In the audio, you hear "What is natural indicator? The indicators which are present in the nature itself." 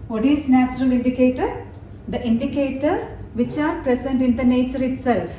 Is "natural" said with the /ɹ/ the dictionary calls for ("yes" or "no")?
yes